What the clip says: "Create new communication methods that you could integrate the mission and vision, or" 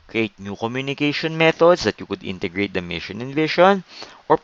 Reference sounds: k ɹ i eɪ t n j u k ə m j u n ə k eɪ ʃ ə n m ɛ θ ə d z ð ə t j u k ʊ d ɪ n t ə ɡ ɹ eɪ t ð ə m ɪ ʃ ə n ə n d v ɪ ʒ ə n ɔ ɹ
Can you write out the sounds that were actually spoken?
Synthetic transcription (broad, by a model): k ɹ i eɪ t n j u k ə m j u n ə k eɪ ʃ ə n m ɛ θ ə d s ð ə t j u k ʊ d ɪ n t ə ɡ ɹ eɪ t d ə m ɪ ʃ ə n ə n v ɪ ʃ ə n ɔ ɹ